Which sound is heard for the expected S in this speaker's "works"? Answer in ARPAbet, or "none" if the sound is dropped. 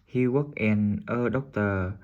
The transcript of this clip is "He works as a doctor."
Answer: none